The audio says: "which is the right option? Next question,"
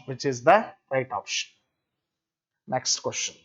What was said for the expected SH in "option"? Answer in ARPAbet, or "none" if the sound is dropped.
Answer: SH